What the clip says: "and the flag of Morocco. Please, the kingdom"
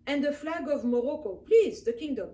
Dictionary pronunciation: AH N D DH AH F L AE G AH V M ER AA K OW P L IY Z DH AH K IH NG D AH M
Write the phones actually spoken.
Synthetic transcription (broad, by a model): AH N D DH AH F L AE G AH V M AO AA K OW P L IY Z DH AH K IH NG D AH M